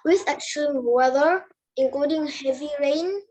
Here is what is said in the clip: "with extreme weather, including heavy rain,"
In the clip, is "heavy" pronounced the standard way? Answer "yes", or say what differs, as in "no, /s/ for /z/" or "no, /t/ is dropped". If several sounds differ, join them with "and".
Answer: yes